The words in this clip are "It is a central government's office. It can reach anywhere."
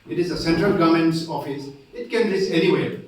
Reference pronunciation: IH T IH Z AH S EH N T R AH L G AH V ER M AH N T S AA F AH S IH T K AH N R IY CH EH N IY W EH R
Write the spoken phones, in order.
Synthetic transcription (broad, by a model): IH T IH Z AH S EH N T R AH L G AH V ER M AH N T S AA F AH S IH T K AH N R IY S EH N IY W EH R